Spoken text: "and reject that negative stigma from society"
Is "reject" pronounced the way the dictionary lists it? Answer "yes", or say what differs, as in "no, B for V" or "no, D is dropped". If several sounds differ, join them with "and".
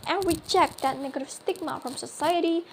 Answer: no, CH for JH